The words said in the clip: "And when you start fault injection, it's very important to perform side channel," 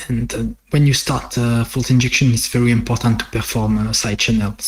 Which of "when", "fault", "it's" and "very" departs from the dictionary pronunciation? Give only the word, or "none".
none